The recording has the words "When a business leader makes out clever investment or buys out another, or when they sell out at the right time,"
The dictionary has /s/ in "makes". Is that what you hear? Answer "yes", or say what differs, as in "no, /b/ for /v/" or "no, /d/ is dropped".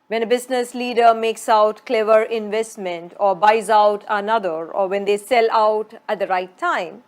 yes